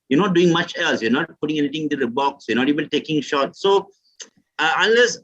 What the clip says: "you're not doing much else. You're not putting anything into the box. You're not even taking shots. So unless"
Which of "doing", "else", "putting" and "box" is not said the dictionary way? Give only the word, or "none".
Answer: none